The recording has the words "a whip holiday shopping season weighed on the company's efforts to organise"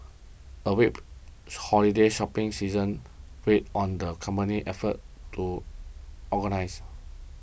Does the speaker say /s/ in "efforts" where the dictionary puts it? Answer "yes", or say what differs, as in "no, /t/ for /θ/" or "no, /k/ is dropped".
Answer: no, /s/ is dropped